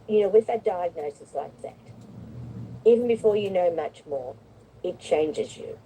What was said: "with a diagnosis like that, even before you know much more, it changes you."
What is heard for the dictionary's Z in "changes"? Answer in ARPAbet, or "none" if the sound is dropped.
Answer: Z